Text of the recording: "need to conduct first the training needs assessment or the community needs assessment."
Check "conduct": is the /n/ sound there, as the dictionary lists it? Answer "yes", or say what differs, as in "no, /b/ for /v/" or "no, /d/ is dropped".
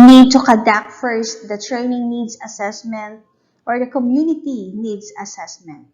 no, /n/ is dropped